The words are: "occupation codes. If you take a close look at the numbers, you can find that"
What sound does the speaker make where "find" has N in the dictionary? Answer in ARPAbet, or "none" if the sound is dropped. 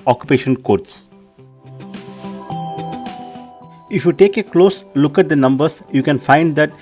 N